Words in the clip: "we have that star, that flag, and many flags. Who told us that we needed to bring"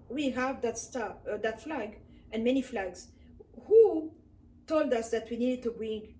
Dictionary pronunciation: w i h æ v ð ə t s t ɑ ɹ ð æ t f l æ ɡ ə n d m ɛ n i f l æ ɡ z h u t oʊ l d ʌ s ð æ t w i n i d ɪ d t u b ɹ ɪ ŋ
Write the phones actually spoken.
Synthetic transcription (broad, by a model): w i h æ v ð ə t s t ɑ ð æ t f l æ ɡ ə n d m ɛ n i f l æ ɡ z h u t oʊ l d ʌ s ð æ t w i n i d ɪ d t u b ɹ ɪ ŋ